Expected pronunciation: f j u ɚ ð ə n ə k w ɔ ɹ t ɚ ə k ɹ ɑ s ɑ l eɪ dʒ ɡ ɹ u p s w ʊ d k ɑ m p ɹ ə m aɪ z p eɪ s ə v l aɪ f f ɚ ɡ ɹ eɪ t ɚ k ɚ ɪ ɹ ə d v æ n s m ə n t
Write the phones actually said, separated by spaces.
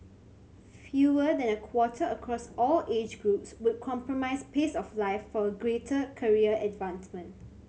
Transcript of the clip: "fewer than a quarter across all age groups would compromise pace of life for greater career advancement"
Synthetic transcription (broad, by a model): f j u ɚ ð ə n ə k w ɔ t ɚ ə k ɹ ɑ s ɑ l eɪ dʒ ɡ ɹ u p s w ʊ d k ɑ m p ɹ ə m aɪ s p eɪ s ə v l aɪ f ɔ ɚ ɡ ɹ eɪ t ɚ k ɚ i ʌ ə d v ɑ n s m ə n t